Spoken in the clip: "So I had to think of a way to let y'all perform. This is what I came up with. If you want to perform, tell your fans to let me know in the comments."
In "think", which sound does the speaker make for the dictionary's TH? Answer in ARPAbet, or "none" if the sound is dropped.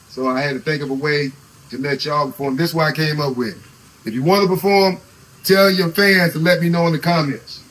TH